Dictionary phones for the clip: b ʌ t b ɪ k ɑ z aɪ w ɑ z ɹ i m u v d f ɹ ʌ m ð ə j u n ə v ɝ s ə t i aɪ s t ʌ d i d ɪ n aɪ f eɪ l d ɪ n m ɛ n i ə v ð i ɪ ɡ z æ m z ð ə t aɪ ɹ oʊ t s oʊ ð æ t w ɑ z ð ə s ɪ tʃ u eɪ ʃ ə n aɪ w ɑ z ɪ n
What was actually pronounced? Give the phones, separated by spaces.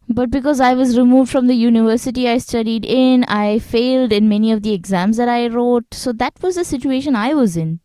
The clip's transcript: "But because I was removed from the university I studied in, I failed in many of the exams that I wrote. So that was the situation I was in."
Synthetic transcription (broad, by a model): b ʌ t b ɪ k ɑ z aɪ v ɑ z ɹ i m u v d f ɹ ʌ m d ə j u n ə v ɝ s ə t i aɪ s t ʌ d i d ɪ n aɪ f eɪ l d ɪ n m ɛ n i ə v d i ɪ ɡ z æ m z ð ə t aɪ ɹ oʊ t s oʊ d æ t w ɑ z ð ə s ɪ tʃ u eɪ ʃ ə n aɪ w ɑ z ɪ n